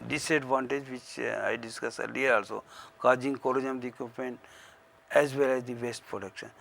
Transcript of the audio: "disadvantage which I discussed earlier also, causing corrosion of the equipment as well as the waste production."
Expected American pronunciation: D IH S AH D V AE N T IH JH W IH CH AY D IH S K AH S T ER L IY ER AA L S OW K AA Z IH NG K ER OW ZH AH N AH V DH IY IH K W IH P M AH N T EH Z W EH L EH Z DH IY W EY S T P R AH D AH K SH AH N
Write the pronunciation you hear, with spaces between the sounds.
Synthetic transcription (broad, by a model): D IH S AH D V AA N T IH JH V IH CH AY D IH S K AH S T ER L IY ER AA L S OW K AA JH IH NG K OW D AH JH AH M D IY K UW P AH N EH Z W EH L EH Z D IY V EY S T P R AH D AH K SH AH N